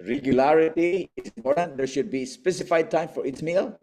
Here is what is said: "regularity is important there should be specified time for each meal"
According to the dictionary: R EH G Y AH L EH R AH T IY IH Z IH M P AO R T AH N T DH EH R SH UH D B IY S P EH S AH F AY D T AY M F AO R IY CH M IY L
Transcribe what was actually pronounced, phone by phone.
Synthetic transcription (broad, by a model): R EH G Y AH L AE R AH T IY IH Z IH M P AO R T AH N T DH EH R SH UH D B IY S P EH S AH F AY D T AY M F AO R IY S M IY L